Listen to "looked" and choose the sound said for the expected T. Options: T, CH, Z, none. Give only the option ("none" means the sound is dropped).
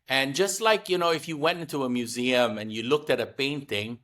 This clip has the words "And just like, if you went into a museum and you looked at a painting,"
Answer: T